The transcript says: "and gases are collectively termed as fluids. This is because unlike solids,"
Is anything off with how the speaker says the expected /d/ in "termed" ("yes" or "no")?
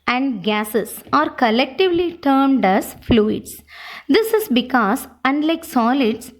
no